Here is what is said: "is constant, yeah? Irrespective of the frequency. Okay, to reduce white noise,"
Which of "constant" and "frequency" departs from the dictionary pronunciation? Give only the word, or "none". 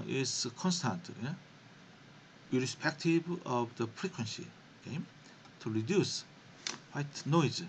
none